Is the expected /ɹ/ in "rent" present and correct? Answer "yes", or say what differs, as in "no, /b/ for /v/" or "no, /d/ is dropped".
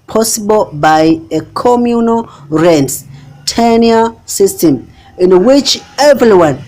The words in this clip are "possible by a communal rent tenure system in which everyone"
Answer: yes